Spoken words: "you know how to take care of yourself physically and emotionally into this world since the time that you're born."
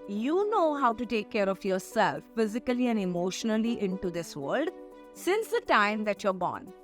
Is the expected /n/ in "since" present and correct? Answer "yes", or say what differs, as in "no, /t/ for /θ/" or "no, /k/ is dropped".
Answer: yes